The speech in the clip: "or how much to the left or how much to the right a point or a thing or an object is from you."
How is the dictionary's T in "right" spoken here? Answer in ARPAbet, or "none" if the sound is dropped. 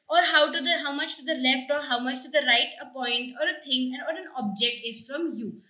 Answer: T